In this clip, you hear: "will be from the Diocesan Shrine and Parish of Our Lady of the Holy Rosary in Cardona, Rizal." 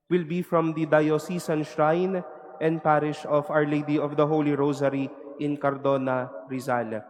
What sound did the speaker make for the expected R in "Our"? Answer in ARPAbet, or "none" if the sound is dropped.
R